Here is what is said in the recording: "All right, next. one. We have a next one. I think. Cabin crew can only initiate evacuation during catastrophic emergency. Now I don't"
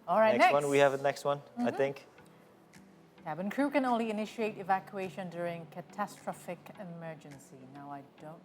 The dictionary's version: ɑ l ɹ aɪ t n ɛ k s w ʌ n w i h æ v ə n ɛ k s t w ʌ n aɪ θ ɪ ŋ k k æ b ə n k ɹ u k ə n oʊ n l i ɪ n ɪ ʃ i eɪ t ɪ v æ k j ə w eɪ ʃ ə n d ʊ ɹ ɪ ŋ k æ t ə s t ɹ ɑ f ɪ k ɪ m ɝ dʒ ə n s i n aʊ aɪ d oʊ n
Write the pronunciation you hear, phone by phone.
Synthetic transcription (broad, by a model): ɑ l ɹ aɪ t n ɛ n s w ʌ n w i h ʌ v ə n ɛ k s t w ʌ n aɪ θ ɪ ŋ k k æ b ə n k ɹ u k ə n oʊ n l i ɪ n ɪ ʃ i eɪ t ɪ v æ k j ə eɪ ʃ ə n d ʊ ɹ ɪ ŋ k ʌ t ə s t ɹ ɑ f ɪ k ɪ m ɝ dʒ ə n s i n aʊ aɪ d oʊ n